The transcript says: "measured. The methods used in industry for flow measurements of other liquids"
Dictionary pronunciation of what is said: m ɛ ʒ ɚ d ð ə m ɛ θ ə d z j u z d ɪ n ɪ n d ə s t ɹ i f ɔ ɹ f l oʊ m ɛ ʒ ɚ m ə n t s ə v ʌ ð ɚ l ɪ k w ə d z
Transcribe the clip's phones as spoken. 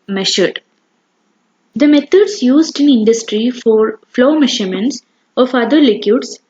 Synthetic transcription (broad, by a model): m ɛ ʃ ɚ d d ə m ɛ t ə d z j u z d ɪ n ɪ n d ə s t ɹ i f ɔ ɹ f l oʊ m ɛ ʃ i m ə n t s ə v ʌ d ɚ l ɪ k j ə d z